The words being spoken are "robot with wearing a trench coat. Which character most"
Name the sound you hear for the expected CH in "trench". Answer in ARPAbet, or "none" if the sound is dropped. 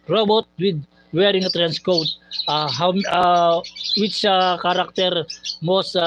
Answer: S